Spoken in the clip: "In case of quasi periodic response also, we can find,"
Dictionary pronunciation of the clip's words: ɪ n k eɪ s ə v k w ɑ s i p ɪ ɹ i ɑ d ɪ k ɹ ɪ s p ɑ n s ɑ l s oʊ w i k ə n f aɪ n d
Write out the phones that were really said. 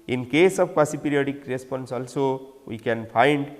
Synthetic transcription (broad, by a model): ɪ n k eɪ s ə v k w ɑ s i p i ɹ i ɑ d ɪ k ɹ ɪ s p ɑ n s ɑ l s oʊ w i k ə n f aɪ n d